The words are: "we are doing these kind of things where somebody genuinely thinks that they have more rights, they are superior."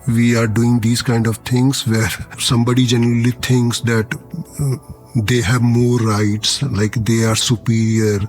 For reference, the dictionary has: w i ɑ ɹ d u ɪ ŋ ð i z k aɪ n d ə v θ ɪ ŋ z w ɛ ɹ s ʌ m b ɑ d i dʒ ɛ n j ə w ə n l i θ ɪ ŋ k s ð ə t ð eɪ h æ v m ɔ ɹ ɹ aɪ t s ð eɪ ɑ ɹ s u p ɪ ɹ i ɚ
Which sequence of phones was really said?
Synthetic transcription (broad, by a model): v i ɑ ɹ d u ɪ ŋ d i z k aɪ n d ə v t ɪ ŋ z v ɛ ɹ s ʌ m b ɑ d i dʒ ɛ n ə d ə l i t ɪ ŋ k s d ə t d eɪ h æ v m ɔ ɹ ɹ aɪ t s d eɪ ɑ ɹ s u p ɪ ɹ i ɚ